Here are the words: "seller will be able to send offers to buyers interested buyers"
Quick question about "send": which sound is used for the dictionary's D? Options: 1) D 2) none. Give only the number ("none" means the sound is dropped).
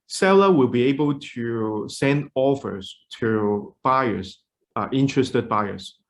1